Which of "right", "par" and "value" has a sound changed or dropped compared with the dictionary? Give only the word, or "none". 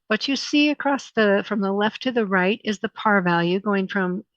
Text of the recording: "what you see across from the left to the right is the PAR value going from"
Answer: none